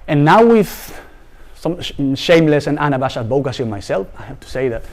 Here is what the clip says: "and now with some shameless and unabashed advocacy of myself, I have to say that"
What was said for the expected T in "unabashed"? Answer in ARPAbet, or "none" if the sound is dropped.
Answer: none